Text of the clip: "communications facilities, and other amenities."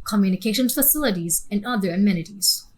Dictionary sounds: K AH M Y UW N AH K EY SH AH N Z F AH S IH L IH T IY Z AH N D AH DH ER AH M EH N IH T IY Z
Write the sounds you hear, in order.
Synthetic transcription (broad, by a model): K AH M Y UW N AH K EY SH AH N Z F AH S IH L IH T IY Z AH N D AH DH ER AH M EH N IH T IY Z